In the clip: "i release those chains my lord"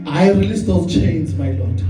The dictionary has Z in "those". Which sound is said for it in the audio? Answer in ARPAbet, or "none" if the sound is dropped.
none